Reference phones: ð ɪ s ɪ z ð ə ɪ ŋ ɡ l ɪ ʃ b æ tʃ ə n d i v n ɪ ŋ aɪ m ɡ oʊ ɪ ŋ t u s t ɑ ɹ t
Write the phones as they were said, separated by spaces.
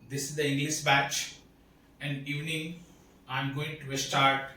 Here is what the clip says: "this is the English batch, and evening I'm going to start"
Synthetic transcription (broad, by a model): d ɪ s ɪ z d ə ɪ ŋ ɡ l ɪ s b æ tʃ ə n d i v n ɪ ŋ aɪ m ɡ oʊ ɪ ŋ t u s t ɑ ɹ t